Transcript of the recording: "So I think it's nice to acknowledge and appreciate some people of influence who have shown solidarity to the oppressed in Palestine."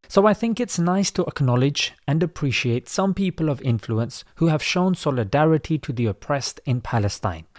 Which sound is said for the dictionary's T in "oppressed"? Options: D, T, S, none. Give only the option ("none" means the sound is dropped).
T